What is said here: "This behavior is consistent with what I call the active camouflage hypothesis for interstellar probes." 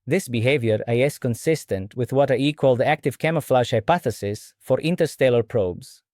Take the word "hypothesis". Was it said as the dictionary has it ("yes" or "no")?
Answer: yes